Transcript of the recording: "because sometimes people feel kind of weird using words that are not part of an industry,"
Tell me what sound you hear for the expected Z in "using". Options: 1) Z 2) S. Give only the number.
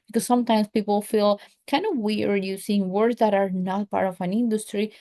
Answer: 2